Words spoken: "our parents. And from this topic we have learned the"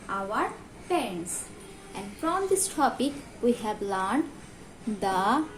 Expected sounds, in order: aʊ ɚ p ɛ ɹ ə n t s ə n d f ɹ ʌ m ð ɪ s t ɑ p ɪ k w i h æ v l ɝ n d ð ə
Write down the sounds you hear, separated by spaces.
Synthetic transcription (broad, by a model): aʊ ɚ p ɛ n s t ə n d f ɹ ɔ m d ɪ s t ɑ p ɪ k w i h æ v l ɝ n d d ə